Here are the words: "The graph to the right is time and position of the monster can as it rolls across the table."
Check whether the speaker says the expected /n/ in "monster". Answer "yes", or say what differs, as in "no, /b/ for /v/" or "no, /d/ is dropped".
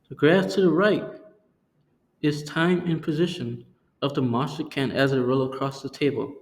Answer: no, /n/ is dropped